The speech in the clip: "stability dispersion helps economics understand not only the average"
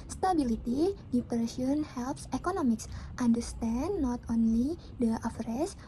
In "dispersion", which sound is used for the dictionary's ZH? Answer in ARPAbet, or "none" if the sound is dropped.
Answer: S